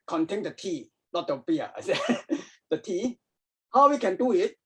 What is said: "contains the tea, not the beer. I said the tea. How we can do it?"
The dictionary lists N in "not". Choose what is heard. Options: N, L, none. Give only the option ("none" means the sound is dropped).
L